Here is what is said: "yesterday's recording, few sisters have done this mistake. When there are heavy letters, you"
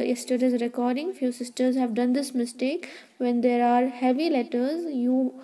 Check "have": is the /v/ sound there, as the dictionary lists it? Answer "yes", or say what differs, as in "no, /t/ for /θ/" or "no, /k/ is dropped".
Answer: yes